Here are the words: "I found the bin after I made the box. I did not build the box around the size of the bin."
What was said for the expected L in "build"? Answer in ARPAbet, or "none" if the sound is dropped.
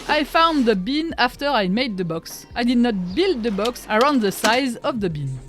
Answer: L